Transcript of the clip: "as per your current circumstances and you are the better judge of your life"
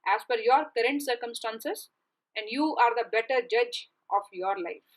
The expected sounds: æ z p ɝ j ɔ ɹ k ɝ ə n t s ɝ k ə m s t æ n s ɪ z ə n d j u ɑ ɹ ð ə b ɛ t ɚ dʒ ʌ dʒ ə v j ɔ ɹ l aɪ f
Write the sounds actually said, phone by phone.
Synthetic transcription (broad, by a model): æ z f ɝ j ɔ ɹ k ɝ ə n t s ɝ k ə m s t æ n s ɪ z ə n d j u ɑ ɹ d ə b ɛ t ɚ dʒ ʌ dʒ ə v j ɔ ɹ l aɪ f